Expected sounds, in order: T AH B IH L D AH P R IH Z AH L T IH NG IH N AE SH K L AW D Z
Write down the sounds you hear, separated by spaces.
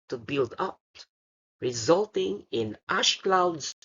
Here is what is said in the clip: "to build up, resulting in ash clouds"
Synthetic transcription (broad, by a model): T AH B IH L D AH P R IH Z AH L T IH NG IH N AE SH K L AW D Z